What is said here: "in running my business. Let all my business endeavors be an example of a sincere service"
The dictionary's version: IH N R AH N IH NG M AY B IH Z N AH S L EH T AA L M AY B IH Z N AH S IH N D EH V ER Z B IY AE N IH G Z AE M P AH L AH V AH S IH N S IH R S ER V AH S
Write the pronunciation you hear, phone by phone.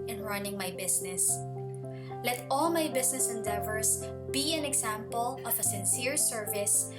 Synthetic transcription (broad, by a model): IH N R AH N IH NG M AY B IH S N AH S L EH T AA L M AY B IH S N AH S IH N D EH V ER S B IY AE N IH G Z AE M P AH L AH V AH S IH N S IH R S ER V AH S